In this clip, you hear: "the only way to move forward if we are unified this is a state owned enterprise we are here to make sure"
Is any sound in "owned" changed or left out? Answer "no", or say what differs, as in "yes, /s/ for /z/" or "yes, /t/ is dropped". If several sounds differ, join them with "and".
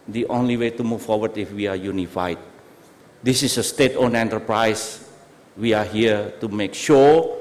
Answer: yes, /d/ is dropped